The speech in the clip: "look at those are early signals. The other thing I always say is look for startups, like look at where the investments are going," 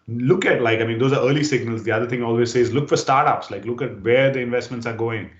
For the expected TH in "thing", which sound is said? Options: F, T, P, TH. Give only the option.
T